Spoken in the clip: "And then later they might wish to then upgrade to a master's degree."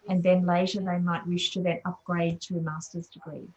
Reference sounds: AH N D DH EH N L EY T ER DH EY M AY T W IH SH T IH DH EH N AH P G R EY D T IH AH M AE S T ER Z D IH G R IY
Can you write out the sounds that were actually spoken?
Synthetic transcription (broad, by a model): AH N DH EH N L EY T ER DH EY M AY T W IH SH T IH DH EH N AH P G R EY D T IH AH M AE S T ER Z D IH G R IY